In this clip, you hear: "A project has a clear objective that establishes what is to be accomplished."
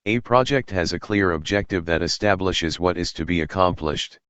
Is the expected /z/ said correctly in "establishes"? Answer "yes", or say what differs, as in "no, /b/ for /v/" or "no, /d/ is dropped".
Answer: yes